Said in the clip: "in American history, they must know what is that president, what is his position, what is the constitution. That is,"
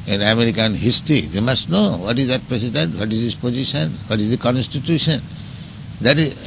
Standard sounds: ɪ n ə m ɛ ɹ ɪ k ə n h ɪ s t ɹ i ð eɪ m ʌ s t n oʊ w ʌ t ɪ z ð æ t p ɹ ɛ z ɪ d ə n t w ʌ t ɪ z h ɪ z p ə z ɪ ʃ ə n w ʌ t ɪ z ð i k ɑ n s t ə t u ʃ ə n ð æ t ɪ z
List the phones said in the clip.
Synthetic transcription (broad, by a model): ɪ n ə m ɛ ɹ ɪ k ə n h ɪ s t ɹ i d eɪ m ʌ s t n oʊ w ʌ t ɪ z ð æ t p ɹ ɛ s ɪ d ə n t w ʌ t ɪ z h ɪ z p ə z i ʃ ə n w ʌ t ɪ z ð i k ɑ n s t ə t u ʃ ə n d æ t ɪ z